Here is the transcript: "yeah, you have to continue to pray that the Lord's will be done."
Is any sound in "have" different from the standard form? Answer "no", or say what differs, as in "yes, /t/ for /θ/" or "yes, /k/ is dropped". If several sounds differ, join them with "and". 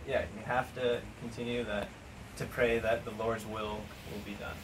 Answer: yes, /f/ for /v/